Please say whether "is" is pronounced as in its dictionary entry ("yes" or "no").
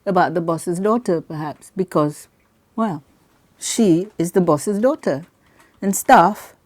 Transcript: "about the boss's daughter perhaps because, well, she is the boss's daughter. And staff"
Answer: yes